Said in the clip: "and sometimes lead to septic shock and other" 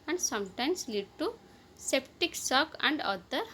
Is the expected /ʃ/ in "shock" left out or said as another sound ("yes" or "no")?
yes